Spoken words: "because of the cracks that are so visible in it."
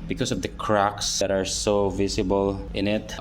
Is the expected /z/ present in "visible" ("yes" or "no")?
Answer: no